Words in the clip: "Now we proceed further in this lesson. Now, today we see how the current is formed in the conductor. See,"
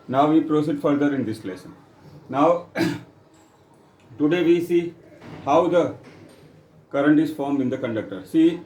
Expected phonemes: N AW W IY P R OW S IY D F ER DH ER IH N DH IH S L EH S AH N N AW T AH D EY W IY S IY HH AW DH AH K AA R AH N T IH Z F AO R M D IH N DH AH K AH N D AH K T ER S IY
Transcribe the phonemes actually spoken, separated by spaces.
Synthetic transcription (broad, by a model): N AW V IY P R OW S IY D F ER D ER IH N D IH S L EH S AH N N AW T AH D EY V IY S IY HH AW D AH K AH R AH N T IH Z F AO R M IH N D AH K AH N D AH K T ER S IY